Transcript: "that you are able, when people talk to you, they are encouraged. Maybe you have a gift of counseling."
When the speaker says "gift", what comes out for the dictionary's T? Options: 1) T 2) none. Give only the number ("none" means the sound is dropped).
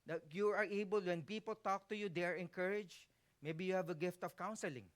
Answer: 1